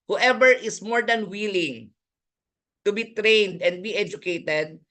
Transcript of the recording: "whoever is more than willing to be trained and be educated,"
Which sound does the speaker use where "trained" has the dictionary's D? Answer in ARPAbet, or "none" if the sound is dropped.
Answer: D